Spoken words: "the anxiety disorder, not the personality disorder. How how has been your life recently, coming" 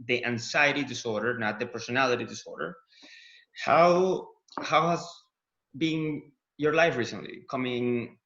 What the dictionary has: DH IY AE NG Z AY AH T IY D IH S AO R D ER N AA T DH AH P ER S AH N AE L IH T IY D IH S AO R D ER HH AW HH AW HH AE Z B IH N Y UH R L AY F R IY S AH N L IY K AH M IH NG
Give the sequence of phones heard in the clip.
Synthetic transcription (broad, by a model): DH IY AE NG S AY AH T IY D IH S AO R D ER N AA T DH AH P ER S AH N AE L IH T IY D IH S AO R D ER HH AW HH AW HH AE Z B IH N Y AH R L AY F R IY S AH N L IY K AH M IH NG